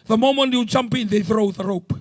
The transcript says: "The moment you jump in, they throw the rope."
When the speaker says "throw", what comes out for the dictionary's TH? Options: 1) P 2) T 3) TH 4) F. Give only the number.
3